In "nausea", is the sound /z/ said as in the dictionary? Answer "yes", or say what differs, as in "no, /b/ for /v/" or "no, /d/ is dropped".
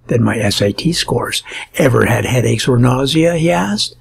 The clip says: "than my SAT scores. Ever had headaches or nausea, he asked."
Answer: yes